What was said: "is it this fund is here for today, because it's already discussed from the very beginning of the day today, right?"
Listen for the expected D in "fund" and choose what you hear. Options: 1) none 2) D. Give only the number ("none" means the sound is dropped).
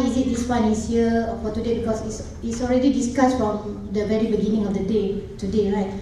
1